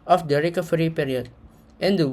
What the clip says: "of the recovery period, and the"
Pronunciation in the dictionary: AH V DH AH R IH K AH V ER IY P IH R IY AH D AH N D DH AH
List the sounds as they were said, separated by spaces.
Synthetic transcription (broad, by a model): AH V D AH R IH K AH F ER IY P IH R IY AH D AH N D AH